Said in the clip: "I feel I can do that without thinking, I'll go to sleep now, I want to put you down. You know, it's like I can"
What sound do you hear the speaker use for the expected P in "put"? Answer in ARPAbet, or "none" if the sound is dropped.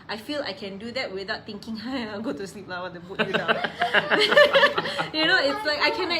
B